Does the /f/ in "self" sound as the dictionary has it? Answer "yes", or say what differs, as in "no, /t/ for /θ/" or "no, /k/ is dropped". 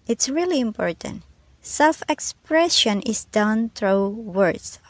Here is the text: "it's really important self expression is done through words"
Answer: yes